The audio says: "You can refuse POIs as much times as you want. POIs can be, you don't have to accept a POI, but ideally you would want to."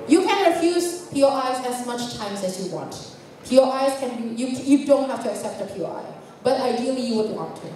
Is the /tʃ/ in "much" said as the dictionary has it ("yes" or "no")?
yes